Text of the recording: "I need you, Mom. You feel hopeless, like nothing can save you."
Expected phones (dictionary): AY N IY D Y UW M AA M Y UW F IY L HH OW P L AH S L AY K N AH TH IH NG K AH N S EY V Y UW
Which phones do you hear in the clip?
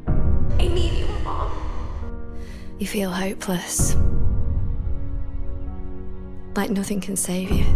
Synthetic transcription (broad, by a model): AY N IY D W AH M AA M Y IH F IY L HH OW P L AH S L AY K N AH TH IH NG K AH N S EY V Y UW